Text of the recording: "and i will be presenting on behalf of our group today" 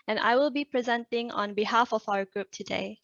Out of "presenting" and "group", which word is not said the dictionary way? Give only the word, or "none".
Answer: none